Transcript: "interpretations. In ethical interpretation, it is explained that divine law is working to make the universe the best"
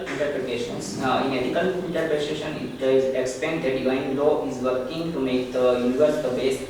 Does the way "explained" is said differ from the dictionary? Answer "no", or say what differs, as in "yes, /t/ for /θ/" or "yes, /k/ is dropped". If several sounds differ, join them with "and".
yes, /l/ is dropped